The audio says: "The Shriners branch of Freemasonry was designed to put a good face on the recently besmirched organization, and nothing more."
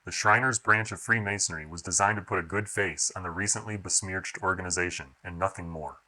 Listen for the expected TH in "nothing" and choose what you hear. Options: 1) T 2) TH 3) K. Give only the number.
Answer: 2